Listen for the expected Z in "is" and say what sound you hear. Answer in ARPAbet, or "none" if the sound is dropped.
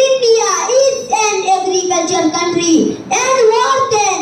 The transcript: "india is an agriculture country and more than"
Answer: S